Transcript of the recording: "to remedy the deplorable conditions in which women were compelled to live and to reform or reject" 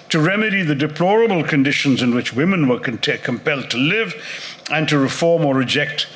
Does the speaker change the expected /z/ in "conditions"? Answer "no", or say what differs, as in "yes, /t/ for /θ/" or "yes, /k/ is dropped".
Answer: no